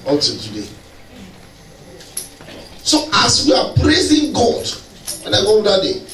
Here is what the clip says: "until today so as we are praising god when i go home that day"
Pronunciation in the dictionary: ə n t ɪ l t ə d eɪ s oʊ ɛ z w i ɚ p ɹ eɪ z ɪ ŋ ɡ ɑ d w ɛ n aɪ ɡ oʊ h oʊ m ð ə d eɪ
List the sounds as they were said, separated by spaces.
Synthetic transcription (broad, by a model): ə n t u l t ə d eɪ s oʊ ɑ s w i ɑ p ɹ eɪ z ɪ ŋ ɡ ɑ d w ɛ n aɪ ɡ oʊ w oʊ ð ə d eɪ